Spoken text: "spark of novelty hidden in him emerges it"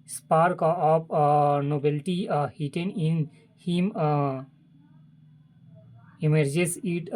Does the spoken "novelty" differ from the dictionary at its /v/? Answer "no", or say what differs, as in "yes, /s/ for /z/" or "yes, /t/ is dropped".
yes, /b/ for /v/